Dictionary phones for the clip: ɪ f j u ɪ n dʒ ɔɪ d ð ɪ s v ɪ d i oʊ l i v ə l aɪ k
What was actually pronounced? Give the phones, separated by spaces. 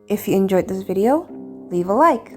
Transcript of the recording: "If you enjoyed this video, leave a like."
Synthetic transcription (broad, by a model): ɪ f j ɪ ɪ n dʒ ɔɪ d ð ɪ s v ɪ d i oʊ l i v ə l aɪ k